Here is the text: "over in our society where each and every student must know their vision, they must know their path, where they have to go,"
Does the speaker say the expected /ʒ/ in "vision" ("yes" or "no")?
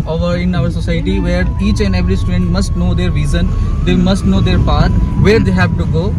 no